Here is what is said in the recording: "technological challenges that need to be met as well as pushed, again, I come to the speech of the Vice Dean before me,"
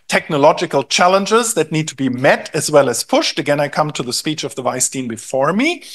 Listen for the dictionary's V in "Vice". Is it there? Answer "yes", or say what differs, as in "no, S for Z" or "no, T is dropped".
yes